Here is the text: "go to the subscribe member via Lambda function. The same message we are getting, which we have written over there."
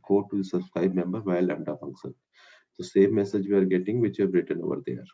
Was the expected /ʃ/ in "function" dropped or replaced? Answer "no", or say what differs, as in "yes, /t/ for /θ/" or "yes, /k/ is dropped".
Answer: yes, /s/ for /ʃ/